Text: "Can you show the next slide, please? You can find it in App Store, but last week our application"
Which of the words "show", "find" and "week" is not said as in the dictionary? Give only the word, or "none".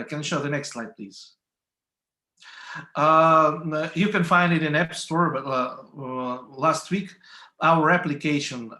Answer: none